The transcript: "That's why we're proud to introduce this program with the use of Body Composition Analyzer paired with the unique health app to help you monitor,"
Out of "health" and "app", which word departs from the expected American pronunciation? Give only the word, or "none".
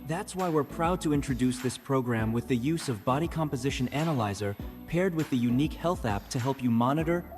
none